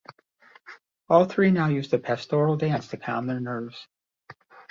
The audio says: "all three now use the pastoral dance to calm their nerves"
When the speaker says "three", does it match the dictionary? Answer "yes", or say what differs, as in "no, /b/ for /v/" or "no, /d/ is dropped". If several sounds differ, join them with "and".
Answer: yes